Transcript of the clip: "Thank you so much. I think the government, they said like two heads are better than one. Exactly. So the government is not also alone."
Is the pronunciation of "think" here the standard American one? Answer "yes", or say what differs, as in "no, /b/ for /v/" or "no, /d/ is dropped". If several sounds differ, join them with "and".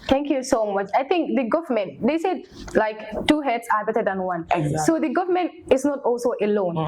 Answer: no, /t/ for /θ/